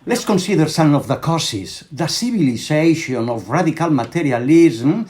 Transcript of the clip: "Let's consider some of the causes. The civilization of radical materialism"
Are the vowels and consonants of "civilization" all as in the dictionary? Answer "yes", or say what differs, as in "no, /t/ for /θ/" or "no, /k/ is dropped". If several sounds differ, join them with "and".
no, /b/ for /v/